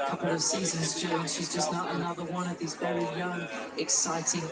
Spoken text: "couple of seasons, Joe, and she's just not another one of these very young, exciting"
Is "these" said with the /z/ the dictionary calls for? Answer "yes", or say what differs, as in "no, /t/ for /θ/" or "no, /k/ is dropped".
yes